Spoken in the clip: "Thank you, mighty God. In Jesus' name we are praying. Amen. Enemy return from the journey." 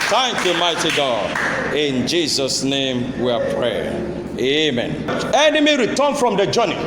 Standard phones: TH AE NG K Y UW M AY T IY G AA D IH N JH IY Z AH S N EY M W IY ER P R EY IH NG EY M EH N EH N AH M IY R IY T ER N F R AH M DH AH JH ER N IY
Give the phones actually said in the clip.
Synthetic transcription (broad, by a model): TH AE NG K Y UW M AY T IY G AA D IH N JH IY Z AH S N EY M W IY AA P R EY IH EY M EH N EH N AH M IY R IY T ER N F R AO M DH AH JH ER N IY